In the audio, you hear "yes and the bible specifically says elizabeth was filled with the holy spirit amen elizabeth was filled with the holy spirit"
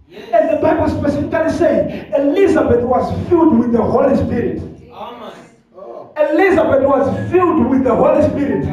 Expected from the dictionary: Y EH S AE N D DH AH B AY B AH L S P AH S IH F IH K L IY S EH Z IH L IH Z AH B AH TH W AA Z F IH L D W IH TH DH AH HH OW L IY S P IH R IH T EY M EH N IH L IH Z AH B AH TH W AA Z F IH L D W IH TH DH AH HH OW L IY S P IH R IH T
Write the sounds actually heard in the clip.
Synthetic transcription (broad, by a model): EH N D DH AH B AY B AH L S P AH S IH F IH K L IY S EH IH L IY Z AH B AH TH W AA Z F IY L D W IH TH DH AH HH OW L IY S P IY R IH T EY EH L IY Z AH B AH T W AA Z F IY L D W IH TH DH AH HH OW L IY S P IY R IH T